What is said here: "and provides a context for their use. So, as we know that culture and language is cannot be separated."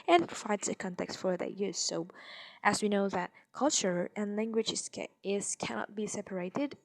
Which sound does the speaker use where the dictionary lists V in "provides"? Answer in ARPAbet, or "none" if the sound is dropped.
none